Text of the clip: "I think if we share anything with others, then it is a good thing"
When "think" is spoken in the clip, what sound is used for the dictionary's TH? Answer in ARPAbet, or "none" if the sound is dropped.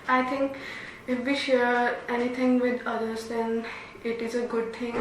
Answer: T